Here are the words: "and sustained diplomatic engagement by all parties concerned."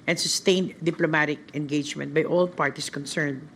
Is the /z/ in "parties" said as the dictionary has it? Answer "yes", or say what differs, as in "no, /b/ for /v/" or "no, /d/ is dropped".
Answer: no, /s/ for /z/